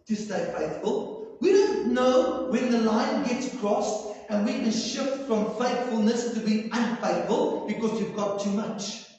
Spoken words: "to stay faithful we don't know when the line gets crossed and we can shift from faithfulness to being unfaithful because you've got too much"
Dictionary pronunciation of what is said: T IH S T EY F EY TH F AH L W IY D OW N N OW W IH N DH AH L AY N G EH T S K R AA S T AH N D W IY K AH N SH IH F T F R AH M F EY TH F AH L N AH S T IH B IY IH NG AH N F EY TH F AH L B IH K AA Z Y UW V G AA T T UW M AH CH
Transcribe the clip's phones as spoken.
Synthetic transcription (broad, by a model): T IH S T EY F EY TH F AH L W IY D OW N N OW W IH N DH AH L AY N G EH T S K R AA S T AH N W IY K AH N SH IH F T F R AH M F EY TH F AH L N AH S T IH B IY AH N F EY TH F AH L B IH K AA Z Y UW V G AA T T UW M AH CH